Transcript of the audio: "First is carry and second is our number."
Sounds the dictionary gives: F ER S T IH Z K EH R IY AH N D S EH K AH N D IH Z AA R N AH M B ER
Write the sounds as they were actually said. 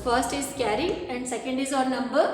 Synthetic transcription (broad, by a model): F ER S T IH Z K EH R IY AH N D S EH K AH N D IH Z AA R N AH M B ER